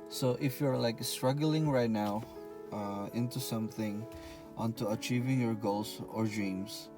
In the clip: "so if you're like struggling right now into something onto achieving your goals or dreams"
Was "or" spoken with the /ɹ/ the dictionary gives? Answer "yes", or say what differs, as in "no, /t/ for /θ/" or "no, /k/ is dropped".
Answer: yes